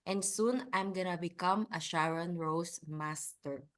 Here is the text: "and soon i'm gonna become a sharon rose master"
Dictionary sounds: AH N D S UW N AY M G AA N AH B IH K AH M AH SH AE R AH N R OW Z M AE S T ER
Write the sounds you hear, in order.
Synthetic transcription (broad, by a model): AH N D S UW N AY M G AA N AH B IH K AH M AH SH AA R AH N R OW S M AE S T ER